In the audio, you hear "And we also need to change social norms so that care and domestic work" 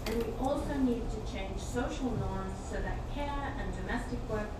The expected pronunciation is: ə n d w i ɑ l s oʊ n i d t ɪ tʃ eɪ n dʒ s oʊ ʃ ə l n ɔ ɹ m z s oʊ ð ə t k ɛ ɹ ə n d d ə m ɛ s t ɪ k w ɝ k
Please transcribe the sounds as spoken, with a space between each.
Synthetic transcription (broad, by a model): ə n w i ɑ l s oʊ n i d t ɪ tʃ eɪ n ʒ s oʊ ʃ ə l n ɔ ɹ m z s oʊ ð ə t k ɛ ɹ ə n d d ə m ɛ s t ɪ k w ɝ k